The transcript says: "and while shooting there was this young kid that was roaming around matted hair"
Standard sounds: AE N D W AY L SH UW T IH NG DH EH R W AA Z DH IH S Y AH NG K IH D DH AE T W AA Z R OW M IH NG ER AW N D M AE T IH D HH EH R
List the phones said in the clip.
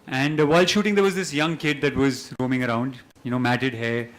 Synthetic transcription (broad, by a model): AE N D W AY L SH UW T IH NG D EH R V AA Z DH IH S Y AH NG K IH D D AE T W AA Z R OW M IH NG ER AW N D M AE T IH D HH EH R